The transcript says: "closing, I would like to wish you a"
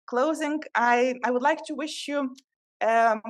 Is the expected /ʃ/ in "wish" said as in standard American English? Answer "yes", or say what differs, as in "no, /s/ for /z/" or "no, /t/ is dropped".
yes